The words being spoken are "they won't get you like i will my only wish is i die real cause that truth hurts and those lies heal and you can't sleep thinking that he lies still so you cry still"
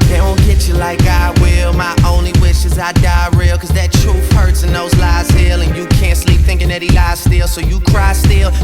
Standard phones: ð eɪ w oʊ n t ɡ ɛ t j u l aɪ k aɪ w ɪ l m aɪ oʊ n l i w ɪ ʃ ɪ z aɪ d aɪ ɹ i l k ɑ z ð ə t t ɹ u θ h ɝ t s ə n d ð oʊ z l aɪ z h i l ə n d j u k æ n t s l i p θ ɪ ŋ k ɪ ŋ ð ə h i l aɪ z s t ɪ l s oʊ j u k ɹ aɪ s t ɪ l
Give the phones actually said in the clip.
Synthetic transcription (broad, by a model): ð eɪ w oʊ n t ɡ ɛ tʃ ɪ l aɪ k aɪ w ɪ l m aɪ oʊ n l i w ɪ ʃ ɪ z aɪ d aɪ ɹ i l k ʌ z ð ə t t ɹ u f h ɝ t s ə n ð oʊ z l aɪ z h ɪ l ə n j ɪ k æ n t s l i p θ ɪ ŋ k ɪ ŋ ð ə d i l aɪ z s t ɪ l s oʊ j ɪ k ɹ aɪ s t ɪ l